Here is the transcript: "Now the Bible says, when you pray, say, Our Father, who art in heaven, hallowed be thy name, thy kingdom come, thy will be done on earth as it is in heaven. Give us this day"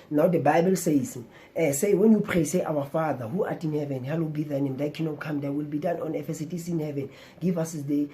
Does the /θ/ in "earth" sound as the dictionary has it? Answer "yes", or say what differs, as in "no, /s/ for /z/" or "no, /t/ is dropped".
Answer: no, /f/ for /θ/